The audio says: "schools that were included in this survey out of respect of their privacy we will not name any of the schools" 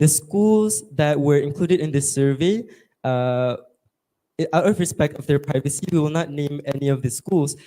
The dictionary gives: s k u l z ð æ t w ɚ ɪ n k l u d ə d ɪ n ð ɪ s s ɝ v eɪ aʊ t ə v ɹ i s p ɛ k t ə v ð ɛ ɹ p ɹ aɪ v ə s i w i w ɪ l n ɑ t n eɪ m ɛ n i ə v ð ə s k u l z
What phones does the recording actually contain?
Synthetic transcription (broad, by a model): s k u l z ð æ t w ɚ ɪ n k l u d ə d ɪ n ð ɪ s s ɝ v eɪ aʊ t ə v ɹ i s p ɛ k t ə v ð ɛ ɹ p ɹ aɪ v ə s i w i w ɪ l n ɑ t n eɪ m ɛ n i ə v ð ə s k u l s